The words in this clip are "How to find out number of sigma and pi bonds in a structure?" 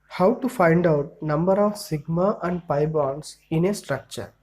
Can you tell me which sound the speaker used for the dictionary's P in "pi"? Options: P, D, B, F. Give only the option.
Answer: P